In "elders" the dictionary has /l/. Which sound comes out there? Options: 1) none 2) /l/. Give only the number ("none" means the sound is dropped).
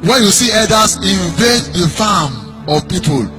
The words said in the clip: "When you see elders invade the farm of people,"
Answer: 1